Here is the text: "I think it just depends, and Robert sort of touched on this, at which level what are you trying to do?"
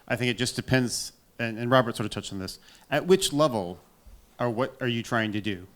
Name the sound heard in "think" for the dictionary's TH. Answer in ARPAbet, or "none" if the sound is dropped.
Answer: TH